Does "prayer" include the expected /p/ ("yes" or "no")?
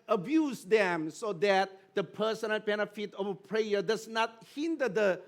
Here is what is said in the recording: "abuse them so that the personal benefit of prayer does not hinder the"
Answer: yes